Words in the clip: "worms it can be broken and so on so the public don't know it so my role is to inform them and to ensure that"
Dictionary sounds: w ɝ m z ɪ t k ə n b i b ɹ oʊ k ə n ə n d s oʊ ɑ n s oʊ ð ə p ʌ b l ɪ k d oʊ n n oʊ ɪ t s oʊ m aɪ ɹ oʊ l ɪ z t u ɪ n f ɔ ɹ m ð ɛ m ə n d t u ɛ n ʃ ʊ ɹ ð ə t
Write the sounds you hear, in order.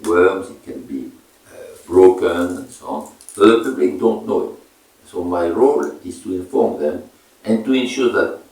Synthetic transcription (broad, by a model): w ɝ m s ɪ t k ə n b i b ɹ oʊ k ə n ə n s oʊ ɑ n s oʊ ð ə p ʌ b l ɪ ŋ d oʊ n n oʊ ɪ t s oʊ m aɪ ɹ oʊ l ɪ s t u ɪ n f ɔ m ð ɛ m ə n t u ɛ n ʃ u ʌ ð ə t